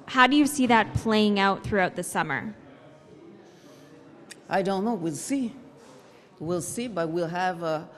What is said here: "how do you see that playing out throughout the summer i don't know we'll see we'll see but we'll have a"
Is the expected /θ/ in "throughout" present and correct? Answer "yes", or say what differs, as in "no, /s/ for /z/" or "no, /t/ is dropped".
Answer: yes